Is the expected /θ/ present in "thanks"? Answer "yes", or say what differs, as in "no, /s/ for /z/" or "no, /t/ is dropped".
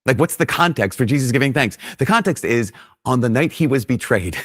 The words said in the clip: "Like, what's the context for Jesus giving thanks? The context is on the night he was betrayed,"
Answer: yes